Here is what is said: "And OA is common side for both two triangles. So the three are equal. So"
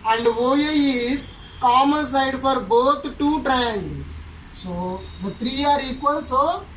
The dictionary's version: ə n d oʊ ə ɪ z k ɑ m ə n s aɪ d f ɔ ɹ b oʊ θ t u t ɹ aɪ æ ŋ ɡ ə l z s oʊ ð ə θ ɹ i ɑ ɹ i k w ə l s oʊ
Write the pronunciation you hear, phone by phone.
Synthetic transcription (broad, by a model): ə n d oʊ ə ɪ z k ɑ m ə n s aɪ d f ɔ ɹ b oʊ t t u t ɹ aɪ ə n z s oʊ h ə t ɹ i ɑ ɹ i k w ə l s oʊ